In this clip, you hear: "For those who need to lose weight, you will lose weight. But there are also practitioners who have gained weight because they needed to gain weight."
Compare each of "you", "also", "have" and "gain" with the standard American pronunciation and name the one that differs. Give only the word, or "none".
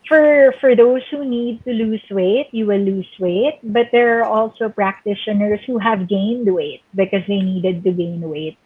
none